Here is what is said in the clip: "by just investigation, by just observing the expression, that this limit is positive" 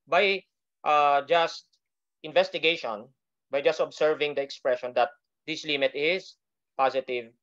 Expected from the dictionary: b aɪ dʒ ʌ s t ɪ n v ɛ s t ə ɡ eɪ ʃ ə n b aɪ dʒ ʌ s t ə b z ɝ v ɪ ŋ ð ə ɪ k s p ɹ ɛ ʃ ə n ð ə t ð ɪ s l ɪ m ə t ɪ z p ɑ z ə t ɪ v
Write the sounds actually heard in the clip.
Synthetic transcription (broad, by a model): b aɪ dʒ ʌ s t ɪ n v ɛ s t ə ɡ eɪ ʃ ə n b aɪ dʒ ʌ s t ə b s ɝ v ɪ ŋ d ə ɪ k s p ɹ ɛ ʃ ə n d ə t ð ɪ s l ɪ m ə t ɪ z p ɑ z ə t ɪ v